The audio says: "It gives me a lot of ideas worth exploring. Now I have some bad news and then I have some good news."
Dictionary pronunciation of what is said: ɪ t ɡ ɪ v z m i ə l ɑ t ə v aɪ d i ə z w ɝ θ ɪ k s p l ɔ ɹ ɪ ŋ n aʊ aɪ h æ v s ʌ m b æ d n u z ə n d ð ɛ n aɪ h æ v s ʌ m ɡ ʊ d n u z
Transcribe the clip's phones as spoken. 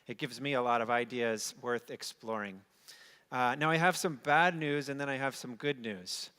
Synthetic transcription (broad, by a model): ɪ t ɡ ɪ v z m i ə l ɑ t ə v aɪ d i ə z w ɝ θ ɪ k s p l ɔ ɹ ɪ ŋ n aʊ aɪ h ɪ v s ʌ m b æ d n u z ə n ð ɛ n aɪ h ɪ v s ʌ m ɡ ʊ d n u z